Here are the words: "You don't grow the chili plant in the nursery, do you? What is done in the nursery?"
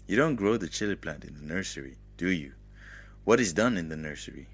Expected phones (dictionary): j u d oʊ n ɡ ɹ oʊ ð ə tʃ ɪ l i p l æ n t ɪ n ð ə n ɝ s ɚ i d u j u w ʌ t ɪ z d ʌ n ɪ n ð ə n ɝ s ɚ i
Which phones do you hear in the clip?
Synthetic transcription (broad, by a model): j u d oʊ n ɡ ɹ oʊ ð ə tʃ ɪ l i p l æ t ɪ n ð ə n ɝ s ɚ i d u j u w ʌ t ɪ z d ʌ n ɪ n ð ə n ɝ s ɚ i